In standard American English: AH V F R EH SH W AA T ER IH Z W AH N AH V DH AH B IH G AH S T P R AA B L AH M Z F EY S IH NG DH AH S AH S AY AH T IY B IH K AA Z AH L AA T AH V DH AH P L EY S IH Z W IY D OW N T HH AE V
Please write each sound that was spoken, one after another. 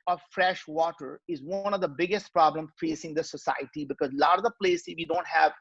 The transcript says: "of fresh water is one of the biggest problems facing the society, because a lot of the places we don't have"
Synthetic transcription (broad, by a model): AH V F R EH SH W AA T ER IH Z W AH N AH V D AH B IH G AH S T P R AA B L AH M F EY S IH NG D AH S AH S AY AH T IY B IH K AA Z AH L AA T AH V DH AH P L EY S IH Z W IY D OW N T HH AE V